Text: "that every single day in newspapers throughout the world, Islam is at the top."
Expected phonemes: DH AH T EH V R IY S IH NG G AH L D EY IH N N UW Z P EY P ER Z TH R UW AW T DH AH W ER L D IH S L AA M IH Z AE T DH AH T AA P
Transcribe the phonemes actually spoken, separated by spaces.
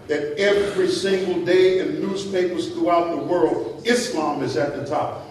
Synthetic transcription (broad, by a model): DH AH T EH V R IY S IH NG G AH L D EY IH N N UW Z P EY P ER Z TH R UW AW T DH AH W ER L D IH S L AA M IH Z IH T DH AH T AA P